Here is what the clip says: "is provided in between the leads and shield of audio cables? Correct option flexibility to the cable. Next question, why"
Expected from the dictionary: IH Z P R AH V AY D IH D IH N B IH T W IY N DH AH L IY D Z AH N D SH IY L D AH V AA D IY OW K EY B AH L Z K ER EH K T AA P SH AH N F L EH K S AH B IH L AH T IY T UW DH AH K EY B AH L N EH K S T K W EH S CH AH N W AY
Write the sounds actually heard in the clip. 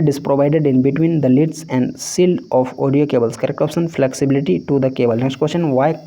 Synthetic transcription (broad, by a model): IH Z P R AH V AY D IH D IH N B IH T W IY N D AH L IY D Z AH N D S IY L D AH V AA D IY OW K EY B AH L S K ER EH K AA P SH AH N F L EH K S AH B IH L AH T IY T UW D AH K EY B AH L N EH K S T K W EH S CH AH N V AY